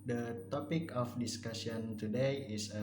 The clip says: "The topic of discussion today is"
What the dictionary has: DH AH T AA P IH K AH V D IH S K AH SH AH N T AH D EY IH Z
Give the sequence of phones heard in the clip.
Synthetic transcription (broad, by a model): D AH T AA P IH K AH F D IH S K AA S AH N T AH D EY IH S